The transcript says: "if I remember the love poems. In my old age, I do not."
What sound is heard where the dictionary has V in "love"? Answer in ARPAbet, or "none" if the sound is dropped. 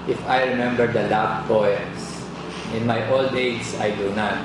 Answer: B